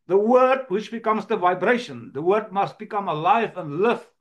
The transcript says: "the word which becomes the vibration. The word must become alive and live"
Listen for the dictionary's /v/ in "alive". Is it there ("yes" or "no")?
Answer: yes